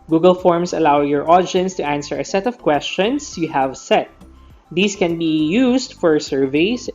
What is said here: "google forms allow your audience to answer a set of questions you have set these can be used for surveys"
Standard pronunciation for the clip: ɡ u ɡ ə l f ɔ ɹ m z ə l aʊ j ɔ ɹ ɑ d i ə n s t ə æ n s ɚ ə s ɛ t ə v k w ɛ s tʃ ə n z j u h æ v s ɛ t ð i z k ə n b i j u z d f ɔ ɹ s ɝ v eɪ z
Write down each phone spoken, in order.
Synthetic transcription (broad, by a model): ɡ u ɡ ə l f ɔ ɹ m s ə l aʊ j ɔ ɹ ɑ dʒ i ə n s t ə æ n s ɚ ə s ɛ t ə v k w ɛ s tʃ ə n s j u h æ v s ɛ t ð i s k ə n b i j u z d f ɔ ɹ s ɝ v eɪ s